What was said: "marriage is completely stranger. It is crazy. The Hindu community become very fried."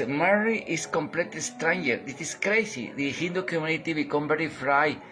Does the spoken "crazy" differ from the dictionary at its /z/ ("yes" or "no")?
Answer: yes